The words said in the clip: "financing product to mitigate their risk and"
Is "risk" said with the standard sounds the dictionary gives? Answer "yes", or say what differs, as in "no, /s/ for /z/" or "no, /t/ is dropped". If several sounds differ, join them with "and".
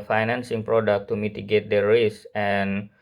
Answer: no, /k/ is dropped